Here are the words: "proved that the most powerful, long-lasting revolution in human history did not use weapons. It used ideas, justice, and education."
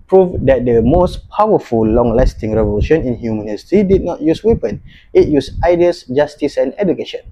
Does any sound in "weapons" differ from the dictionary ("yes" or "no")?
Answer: yes